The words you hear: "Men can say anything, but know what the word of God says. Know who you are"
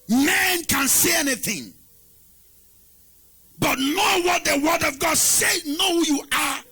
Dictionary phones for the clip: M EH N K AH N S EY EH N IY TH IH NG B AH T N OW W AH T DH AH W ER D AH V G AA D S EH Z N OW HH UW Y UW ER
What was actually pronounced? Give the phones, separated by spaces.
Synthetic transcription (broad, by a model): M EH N K AH N S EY EH N IY TH IH NG B AH T N OW W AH T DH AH W ER D AH V G AA D S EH N OW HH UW Y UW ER